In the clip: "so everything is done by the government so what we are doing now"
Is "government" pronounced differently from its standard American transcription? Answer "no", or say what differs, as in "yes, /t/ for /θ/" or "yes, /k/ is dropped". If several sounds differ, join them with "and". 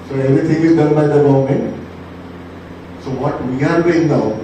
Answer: yes, /v/ is dropped